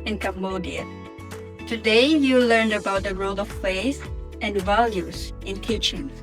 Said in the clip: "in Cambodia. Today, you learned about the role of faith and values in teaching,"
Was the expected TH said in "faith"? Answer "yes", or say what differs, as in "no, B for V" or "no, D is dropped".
no, S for TH